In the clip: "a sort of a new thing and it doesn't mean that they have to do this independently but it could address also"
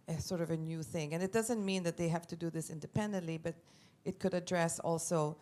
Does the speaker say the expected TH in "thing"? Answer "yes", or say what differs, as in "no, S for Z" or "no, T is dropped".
yes